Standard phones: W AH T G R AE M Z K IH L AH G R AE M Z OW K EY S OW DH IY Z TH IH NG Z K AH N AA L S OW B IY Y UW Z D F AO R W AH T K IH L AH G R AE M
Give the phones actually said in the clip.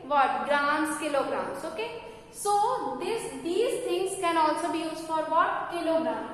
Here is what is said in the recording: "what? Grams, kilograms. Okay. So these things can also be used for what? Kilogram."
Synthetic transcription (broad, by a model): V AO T G R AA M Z K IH L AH G R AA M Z OW K EY S OW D IY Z T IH NG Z K AH N AA L S OW B IY Y UW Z F AO R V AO T K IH L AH G R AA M